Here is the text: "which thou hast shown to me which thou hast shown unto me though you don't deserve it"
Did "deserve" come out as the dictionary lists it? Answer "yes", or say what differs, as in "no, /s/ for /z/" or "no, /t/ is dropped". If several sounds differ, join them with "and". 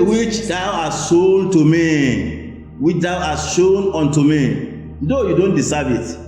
no, /s/ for /z/